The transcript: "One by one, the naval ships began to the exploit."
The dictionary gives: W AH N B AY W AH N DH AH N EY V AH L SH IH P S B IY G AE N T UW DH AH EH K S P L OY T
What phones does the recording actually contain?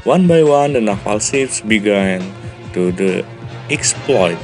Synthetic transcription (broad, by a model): W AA N B AY W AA N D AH N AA F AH L S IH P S B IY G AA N T UW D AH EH K S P L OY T